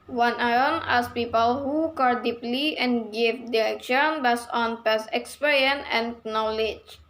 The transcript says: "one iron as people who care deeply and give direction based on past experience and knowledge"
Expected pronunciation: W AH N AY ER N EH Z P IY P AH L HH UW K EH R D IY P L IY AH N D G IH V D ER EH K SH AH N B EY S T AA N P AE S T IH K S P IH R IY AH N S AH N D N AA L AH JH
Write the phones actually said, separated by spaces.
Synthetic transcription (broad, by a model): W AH N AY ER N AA S P IY P AH L HH UW K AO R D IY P L IY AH N G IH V D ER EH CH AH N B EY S AA N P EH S IH K S P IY R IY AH N AH N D N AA L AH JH